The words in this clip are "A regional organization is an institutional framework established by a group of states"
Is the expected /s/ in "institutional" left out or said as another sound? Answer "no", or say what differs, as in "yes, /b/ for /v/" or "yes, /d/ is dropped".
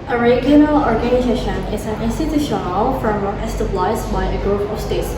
no